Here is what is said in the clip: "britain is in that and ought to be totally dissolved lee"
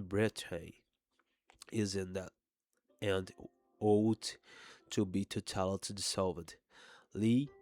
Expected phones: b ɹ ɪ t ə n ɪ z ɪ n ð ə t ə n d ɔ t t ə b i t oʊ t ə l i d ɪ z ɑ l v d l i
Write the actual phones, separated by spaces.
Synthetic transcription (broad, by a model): b ɹ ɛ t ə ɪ ɪ z ɪ n ð ə t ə n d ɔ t t ə b i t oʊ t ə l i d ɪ s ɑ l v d l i